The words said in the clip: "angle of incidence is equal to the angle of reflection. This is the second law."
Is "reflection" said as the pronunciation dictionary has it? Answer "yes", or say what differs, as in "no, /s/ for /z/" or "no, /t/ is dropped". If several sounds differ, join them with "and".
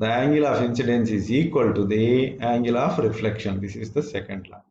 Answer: yes